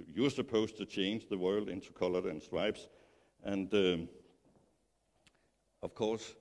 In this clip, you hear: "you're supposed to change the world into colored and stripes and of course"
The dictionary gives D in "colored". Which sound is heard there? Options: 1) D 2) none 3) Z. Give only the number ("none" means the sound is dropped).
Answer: 2